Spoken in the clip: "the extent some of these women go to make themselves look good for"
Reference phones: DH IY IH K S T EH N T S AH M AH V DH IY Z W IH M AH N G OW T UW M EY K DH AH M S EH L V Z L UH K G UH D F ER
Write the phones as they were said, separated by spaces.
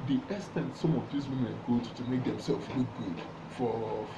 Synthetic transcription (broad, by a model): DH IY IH S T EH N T S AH M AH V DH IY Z W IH M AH N G OW T UW M EY K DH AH M S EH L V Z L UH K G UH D F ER